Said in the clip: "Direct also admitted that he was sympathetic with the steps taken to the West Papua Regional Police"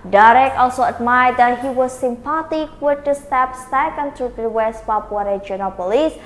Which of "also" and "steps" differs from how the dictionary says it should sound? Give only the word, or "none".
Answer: none